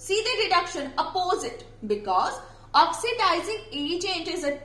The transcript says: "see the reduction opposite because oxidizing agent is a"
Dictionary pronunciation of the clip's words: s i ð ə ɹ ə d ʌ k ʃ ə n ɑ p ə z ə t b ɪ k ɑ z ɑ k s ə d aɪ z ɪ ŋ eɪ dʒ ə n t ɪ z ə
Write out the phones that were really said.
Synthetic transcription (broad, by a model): s i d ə ɹ ə d ʌ k ʃ ə n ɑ p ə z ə t b ɪ k ɑ z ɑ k s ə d aɪ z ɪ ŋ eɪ tʃ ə n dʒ ɪ z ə